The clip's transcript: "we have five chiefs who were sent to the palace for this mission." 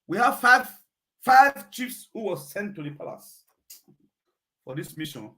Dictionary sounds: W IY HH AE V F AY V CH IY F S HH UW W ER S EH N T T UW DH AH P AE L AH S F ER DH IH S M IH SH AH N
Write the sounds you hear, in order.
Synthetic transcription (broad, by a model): W IY HH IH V F AY V CH IY F S HH UW W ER S EH N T T UW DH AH P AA L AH S F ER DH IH S M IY SH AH N